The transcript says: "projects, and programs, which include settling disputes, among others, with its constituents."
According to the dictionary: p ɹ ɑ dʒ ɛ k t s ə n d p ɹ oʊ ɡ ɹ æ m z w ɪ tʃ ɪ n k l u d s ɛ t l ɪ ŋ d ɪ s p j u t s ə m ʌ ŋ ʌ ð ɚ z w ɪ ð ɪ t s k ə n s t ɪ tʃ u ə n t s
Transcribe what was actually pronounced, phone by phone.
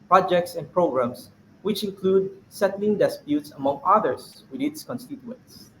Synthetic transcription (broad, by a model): p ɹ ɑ dʒ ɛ k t s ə n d p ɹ oʊ ɡ ɹ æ m s w ɪ tʃ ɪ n k l u d s ɛ t l ɪ ŋ d ɪ s p j u t s ə m ʌ ŋ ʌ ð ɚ s w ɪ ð ɪ t s k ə n s t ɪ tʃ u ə n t s